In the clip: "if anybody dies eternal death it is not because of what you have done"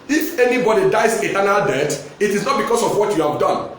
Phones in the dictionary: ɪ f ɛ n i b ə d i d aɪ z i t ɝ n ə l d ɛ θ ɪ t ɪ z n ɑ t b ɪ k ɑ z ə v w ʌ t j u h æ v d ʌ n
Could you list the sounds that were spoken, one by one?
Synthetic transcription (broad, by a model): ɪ f ɛ n i b ə d i d aɪ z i t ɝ n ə l d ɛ t ɪ t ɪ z n ɑ t b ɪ k ɑ s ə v w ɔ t j u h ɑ v d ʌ n